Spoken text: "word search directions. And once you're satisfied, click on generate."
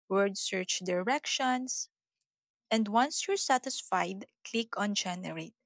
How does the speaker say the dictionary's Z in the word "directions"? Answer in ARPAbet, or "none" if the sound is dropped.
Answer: S